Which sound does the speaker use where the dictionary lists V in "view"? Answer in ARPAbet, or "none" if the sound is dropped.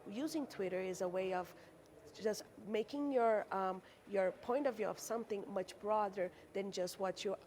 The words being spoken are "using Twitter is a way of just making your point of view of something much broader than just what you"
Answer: V